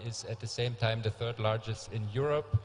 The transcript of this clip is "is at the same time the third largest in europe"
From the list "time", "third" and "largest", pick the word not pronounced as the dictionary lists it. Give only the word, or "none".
none